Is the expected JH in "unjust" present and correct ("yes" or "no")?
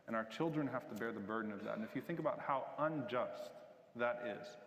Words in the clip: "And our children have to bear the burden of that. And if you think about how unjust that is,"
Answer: yes